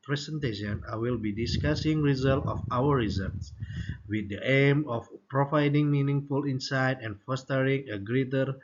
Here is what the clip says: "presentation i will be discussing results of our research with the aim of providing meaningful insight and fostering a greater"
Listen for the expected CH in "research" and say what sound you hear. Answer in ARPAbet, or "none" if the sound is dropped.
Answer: S